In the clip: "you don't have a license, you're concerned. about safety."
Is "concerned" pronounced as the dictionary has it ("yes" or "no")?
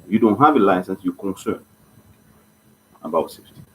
no